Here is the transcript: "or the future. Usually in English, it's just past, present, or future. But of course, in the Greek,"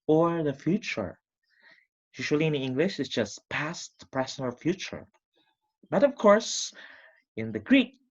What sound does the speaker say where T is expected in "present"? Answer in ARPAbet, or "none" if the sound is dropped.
none